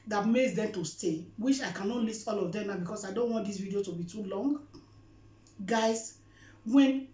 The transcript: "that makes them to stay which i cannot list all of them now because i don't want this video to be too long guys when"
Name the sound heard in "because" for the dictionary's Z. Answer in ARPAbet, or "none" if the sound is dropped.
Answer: S